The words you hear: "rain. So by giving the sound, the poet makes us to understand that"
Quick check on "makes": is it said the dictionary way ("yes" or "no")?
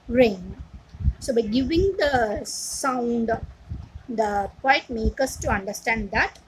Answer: no